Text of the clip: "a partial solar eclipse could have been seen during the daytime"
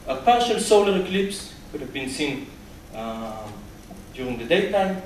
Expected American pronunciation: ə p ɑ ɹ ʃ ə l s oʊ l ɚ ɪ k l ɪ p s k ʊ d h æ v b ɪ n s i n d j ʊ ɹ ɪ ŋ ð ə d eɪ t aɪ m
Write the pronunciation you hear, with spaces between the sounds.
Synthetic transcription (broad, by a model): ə p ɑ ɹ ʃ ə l s oʊ l ɚ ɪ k l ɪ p s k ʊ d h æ v b ɪ n s i n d j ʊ ɹ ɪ ŋ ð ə d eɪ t aɪ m